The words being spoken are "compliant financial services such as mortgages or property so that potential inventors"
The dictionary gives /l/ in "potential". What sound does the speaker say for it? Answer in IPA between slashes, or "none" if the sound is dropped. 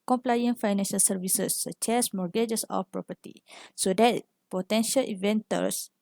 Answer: /l/